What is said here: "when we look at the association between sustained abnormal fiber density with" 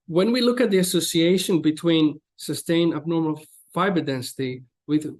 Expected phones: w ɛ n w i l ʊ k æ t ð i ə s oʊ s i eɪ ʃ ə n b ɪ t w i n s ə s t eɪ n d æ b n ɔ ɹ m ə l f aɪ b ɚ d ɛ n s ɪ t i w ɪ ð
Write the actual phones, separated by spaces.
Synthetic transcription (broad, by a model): w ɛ n w i l ʊ k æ t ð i ə s oʊ s i eɪ ʃ ə n b ɪ t w i n s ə s t eɪ n æ b n ɔ ɹ m ə l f aɪ b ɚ d ɛ n s ɪ t i w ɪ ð